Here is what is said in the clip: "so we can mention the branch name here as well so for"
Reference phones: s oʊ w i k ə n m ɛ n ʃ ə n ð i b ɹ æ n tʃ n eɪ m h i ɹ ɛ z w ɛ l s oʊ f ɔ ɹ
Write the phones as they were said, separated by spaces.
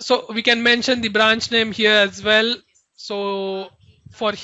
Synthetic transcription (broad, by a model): s oʊ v i k ə n m ɛ n ʃ ə n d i b ɹ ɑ n tʃ n eɪ m h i ɹ ɛ z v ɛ l s oʊ f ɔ ɹ